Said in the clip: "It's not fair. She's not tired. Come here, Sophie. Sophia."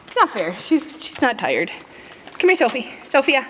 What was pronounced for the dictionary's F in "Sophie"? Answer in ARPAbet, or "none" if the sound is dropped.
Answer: F